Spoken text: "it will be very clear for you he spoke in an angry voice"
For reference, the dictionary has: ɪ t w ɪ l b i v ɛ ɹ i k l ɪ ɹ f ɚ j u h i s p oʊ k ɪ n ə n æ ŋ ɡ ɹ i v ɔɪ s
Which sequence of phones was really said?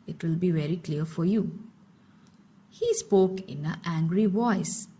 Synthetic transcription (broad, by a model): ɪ t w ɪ l b i v ɛ ɹ i k l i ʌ f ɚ j u h i s p oʊ k ɪ n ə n æ ŋ ɡ ɹ i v ɔɪ s